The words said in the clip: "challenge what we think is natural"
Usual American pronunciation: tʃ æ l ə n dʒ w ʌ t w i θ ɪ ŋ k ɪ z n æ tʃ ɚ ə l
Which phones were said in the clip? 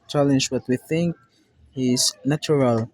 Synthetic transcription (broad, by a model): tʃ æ l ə n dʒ w ʌ t w i θ ɪ ŋ k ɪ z n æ tʃ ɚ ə l